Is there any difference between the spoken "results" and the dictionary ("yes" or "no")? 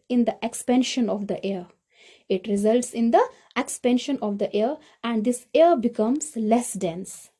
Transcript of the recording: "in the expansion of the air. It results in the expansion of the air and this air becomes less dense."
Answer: no